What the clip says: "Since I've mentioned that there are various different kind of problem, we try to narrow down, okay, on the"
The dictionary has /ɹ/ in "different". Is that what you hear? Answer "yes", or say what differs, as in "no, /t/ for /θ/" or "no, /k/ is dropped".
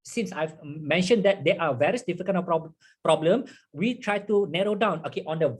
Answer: no, /ɹ/ is dropped